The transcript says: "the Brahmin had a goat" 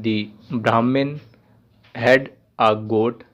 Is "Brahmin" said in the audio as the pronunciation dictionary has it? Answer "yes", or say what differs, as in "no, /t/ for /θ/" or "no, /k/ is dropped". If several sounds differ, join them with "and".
yes